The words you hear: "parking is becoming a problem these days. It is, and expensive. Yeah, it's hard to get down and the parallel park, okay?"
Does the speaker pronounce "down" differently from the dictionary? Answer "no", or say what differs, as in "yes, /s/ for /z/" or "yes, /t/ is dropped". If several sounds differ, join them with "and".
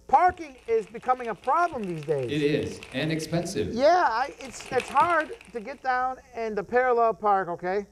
no